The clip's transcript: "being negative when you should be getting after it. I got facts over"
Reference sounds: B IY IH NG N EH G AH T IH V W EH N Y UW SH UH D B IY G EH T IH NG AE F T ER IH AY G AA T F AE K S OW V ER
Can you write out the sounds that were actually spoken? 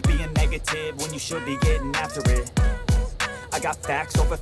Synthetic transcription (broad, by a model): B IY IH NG N EH G AH T IH V W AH N Y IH SH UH D B IY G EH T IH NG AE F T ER IH AY G AA T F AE K S OW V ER